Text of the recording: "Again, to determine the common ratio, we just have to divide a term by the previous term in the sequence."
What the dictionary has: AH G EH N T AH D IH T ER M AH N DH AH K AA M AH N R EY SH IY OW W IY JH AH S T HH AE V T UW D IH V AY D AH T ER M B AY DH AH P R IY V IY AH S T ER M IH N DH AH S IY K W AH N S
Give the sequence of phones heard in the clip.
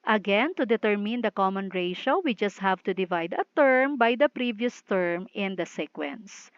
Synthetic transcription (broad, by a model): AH G EH N T AH D IH T ER M AH N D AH K AA M AH N R EY SH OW W IY JH AH S T HH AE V T UW D IH V AY D AH T ER M B AY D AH P R IY V IY AH S T ER M IH N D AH S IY K W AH N S